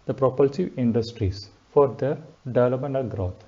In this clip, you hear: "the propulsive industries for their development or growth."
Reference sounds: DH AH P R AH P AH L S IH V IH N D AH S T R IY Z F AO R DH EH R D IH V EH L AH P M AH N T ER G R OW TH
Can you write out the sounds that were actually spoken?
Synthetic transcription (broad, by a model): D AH P R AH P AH L S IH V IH N D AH S T R IY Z F AO R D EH R D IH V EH L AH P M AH N ER G R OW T